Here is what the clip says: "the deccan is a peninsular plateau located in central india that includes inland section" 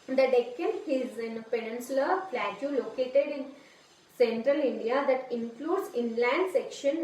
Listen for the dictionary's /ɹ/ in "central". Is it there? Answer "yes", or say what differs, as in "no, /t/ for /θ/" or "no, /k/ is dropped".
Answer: yes